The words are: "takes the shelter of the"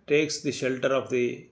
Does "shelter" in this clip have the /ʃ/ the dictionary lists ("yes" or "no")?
yes